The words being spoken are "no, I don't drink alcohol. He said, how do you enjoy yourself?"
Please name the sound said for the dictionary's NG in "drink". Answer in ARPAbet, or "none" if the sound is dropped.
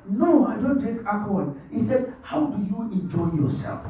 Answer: none